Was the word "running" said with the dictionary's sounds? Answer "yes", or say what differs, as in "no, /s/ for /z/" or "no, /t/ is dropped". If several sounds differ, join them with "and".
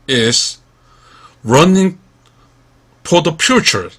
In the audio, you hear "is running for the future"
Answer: yes